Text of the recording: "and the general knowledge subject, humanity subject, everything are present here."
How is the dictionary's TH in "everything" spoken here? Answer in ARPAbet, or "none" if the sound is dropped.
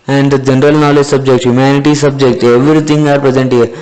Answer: T